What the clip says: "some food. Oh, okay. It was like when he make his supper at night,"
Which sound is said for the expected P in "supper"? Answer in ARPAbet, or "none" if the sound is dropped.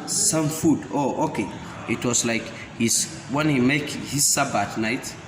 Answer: B